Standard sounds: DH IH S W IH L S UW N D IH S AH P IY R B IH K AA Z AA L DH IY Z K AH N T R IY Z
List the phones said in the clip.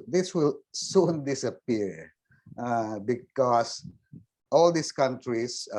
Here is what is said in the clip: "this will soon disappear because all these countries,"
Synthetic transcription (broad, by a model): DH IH S W IH L S UW N D IH S AH P IY R B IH K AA S AA L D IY S K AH N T R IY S